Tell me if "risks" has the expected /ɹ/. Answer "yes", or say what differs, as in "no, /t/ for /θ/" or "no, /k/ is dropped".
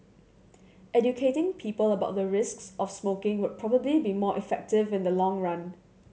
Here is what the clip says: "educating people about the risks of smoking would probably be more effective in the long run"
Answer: yes